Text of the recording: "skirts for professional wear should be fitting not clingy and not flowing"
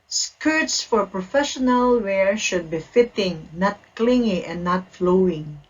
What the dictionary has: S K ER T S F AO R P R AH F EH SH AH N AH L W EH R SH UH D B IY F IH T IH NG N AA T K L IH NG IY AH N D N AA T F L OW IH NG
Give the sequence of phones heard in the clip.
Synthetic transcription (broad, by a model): S K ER T S F AO R P R AH F EH SH AH N AH L W EH R SH UH D B IY F IH T IH NG N AA T K L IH NG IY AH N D N AA T F L OW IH NG